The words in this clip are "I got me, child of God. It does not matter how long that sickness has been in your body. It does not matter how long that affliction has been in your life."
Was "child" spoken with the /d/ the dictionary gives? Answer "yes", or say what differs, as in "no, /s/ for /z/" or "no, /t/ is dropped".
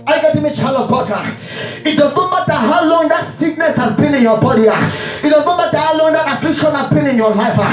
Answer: no, /d/ is dropped